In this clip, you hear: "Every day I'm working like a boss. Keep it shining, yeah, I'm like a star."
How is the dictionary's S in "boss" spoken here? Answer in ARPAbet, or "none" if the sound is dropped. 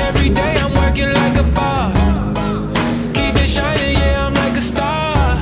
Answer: none